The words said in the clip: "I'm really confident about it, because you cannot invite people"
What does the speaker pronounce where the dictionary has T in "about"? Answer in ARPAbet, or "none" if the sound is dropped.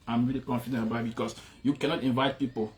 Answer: none